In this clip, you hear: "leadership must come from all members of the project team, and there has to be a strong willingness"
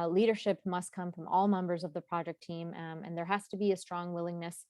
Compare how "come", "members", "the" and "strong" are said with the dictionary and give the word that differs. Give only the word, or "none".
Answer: none